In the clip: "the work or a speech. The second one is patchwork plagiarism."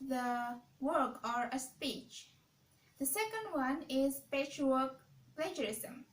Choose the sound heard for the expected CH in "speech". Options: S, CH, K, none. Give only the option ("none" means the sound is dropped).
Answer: CH